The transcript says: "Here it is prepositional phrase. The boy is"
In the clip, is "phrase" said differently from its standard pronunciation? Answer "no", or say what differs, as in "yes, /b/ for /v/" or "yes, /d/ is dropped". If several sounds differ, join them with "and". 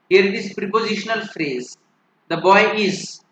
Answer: no